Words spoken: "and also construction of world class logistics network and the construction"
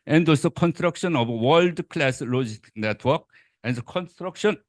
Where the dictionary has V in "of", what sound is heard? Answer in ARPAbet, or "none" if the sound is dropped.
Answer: B